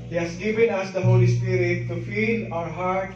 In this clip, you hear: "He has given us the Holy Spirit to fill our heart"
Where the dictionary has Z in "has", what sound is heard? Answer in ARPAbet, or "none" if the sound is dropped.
S